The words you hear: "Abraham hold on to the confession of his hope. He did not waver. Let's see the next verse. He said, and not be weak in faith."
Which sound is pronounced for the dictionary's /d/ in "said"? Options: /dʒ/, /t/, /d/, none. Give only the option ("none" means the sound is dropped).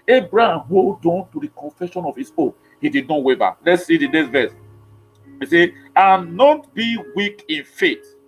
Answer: none